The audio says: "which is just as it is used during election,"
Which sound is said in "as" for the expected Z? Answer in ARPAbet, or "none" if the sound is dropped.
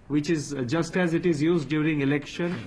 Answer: Z